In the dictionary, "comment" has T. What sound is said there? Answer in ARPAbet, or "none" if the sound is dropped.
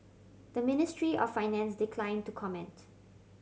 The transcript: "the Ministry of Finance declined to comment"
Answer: T